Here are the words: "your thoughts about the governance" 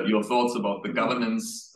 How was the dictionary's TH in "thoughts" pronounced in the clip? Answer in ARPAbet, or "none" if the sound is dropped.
TH